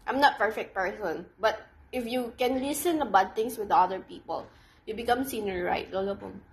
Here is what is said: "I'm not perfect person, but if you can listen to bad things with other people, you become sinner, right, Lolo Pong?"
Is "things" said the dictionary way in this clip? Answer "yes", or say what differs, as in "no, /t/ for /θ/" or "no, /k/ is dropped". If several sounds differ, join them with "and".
no, /t/ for /θ/ and /s/ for /z/